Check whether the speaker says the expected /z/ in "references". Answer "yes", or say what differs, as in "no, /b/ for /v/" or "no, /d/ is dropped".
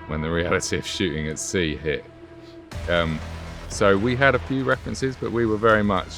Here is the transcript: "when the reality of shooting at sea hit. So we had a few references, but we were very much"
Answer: yes